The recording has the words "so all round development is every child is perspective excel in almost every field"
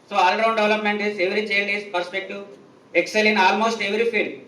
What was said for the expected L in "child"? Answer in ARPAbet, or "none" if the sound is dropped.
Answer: N